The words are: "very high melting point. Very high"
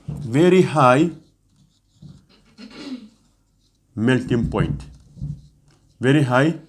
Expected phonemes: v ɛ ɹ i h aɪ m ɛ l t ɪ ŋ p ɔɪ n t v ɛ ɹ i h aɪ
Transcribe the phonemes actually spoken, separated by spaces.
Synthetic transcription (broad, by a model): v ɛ ɹ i h aɪ m ɛ l t ɪ ŋ p ɔɪ n t v ɛ ɹ i h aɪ